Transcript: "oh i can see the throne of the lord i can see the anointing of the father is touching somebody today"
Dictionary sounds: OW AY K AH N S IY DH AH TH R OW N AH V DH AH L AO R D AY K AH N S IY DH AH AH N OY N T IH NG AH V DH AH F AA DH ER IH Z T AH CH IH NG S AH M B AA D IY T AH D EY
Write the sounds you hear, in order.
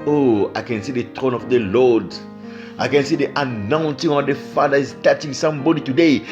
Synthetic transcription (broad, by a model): OW AY K AH N S IY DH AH T R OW N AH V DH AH L AO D AY K AH N S IY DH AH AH N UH N S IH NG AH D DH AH F AA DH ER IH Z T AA CH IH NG S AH M B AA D IY T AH D EY